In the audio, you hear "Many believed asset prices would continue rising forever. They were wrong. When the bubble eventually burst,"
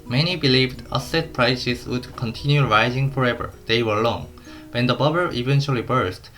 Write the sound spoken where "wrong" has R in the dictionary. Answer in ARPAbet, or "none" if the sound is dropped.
L